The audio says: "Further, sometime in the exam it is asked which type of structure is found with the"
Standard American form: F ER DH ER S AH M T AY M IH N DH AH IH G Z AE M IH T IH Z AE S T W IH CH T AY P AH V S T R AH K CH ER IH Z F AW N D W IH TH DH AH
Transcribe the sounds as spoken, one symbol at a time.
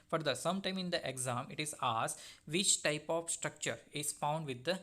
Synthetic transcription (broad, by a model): F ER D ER S AH M T AY M IH N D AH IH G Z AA M IH T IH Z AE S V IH CH T AY P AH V S T R AH K CH ER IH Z F AW N D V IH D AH